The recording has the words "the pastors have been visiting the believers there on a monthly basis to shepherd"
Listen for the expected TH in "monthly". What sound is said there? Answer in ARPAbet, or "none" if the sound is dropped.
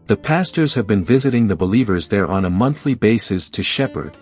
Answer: TH